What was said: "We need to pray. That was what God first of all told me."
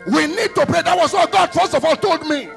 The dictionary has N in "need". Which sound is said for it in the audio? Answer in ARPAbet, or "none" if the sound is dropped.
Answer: N